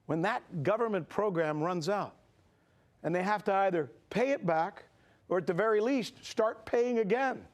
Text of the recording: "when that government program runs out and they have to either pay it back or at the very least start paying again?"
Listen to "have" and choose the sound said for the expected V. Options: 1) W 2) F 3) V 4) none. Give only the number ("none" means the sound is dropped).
2